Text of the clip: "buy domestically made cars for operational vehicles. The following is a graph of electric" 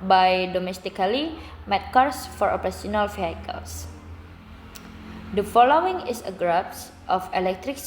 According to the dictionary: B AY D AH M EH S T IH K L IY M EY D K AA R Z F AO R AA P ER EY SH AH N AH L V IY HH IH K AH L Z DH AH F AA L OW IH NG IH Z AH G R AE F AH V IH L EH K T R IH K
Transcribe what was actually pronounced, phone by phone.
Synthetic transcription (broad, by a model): B AY D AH M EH S T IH K L IY M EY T K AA R S F AO R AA P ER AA S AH N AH L F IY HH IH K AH L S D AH F AA L OW IH NG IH S AH G R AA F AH F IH L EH K T R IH K